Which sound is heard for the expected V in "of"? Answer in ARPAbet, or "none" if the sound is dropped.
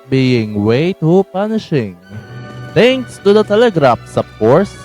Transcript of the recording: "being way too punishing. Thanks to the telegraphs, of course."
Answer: P